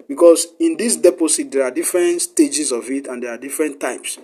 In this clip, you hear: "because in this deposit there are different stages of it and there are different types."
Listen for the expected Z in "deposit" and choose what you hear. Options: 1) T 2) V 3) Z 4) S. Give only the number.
4